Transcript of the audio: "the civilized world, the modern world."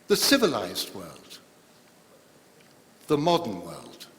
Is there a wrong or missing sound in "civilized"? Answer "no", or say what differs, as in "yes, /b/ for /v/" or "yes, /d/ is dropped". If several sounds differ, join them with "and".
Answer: no